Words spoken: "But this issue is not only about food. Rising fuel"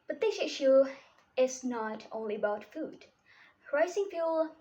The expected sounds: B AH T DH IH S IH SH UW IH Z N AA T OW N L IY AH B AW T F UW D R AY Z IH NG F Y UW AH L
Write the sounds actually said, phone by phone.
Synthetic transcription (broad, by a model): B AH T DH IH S IH SH UW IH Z N AA T OW N L IY AH B AW T F UW D R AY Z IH NG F Y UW L